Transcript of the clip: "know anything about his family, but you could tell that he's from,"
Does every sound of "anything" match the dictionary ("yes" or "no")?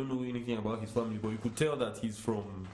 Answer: yes